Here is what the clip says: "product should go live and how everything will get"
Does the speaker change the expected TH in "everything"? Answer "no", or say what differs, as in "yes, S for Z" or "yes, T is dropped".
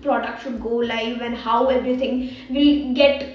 yes, T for TH